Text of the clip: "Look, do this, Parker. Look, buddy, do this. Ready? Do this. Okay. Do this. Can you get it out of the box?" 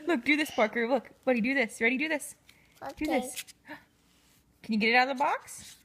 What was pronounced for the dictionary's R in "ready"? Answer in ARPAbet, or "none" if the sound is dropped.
W